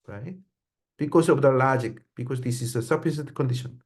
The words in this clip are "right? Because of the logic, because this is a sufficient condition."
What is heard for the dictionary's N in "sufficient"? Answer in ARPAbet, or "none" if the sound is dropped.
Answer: none